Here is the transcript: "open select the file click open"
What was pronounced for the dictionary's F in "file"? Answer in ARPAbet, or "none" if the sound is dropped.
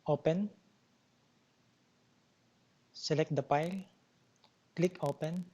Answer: P